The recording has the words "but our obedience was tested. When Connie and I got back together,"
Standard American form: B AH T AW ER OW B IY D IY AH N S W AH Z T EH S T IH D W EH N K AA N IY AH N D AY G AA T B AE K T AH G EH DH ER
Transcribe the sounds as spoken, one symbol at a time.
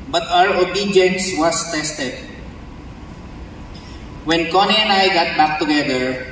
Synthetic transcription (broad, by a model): B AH T AW ER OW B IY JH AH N S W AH S T EH S T IH D W EH N K AA N IY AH N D AY G AA T B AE K T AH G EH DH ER